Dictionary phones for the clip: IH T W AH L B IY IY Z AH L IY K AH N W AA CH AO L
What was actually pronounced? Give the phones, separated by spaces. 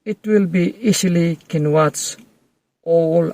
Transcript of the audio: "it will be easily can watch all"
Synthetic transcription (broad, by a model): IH T W AH L B IY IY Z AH L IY K AH N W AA S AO L